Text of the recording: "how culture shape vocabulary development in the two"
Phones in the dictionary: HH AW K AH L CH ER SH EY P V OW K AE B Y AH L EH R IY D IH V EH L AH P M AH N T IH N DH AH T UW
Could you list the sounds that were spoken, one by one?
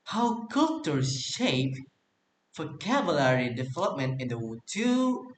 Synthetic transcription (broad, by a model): HH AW K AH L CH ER SH EY P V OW K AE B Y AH L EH R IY D IH V EH L AH P M AH N T IH N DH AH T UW